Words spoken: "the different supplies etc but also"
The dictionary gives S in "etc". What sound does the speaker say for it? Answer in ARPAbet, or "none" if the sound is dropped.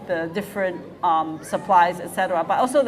S